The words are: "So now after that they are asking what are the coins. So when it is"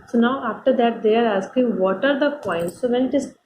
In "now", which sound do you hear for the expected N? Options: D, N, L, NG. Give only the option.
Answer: N